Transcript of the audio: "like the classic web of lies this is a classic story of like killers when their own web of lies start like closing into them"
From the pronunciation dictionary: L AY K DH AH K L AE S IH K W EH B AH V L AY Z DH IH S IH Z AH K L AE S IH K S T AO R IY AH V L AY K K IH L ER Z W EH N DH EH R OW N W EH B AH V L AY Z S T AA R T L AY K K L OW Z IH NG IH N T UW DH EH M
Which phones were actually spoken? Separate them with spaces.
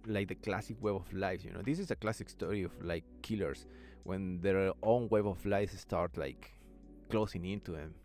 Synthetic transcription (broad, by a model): L AY K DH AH K L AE S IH K W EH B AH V L AY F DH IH S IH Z AH K L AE S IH K S T AO R IY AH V L AY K K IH L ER S W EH N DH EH R OW N W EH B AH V L AY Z S T AA R T L AY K K L OW S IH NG IH N T UW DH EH M